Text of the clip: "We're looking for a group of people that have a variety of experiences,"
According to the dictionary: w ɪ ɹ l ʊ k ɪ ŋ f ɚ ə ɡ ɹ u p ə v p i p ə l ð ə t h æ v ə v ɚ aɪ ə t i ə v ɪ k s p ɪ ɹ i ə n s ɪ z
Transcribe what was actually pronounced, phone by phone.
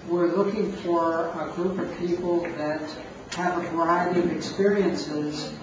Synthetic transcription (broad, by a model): w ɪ ɹ l ʊ k ɪ ŋ f ɚ ə ɡ ɹ u p ə v p i p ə l ð ə t h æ v ə v ɚ aɪ ə t i ə v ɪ k s p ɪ ɹ i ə n s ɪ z